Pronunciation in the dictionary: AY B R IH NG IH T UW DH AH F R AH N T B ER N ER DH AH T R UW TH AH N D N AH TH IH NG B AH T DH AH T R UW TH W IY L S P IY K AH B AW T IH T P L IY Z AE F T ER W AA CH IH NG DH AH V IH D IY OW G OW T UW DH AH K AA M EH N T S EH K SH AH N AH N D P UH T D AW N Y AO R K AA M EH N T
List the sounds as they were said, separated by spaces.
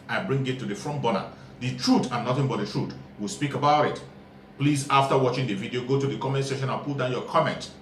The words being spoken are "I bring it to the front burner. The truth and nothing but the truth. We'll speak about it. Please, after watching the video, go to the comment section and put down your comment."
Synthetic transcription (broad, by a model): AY B R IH NG IH T UW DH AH F R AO N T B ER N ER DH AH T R UW T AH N N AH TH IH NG B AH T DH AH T R UW T W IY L S P IY K AH B AW T IH T P L IY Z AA F T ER W AA CH IH NG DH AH V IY D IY OW G OW T UW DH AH K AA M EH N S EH SH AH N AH N P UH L D AW N Y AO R K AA M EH N T